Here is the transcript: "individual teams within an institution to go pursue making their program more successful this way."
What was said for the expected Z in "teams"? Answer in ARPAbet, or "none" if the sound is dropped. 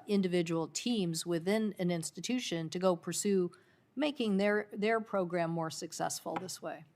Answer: Z